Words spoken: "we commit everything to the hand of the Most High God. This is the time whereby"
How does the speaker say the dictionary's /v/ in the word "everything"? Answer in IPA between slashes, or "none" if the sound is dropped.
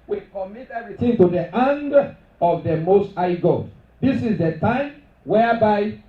none